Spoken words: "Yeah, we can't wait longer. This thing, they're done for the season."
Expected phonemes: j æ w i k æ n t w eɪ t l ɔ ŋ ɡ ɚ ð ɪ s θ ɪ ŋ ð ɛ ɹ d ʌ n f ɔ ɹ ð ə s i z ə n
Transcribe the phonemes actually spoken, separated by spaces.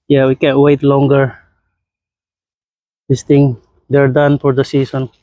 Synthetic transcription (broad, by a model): j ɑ w i k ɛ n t w eɪ t l ɔ ŋ ɡ ɚ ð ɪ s t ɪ ŋ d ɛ ɹ d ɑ n f ɔ ɹ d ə s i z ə n